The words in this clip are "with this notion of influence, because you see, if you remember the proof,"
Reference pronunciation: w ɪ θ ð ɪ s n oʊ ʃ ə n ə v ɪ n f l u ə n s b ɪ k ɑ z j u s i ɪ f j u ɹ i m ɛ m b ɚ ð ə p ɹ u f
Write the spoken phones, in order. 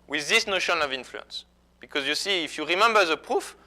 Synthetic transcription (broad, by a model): w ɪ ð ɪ s n oʊ ʃ ə n ə v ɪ n f l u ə n s b ɪ k ɑ z j u s i ɪ f j u ɹ i m ɛ m b ɚ ð ə p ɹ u f